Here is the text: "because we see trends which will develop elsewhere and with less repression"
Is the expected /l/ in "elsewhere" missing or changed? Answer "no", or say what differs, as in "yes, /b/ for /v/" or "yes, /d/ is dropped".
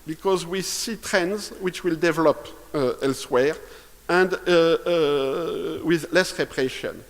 no